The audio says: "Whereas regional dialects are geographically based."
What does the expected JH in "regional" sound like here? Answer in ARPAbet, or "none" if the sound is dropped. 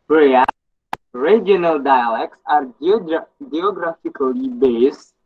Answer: none